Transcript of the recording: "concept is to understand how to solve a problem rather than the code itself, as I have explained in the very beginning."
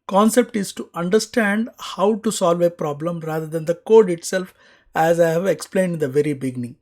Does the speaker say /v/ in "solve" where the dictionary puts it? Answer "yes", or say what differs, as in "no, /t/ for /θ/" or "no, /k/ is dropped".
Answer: yes